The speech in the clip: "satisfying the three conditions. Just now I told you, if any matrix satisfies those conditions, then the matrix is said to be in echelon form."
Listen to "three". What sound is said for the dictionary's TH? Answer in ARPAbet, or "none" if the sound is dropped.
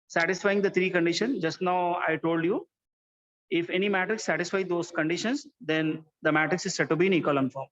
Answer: T